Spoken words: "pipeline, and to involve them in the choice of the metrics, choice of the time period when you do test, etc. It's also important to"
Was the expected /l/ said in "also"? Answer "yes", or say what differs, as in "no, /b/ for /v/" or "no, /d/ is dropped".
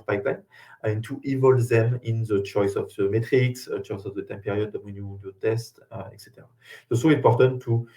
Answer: no, /l/ is dropped